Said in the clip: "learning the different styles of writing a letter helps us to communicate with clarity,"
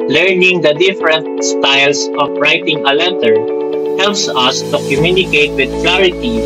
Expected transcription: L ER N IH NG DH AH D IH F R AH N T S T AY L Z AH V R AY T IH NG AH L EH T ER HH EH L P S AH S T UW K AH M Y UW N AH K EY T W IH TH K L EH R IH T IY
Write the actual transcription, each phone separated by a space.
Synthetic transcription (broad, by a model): L ER N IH NG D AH D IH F R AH N T S T AY L S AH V R AY T IH NG AH L EH T ER HH EH L P S AH S T UW K AH M Y UW N AH K EY T W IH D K L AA R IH T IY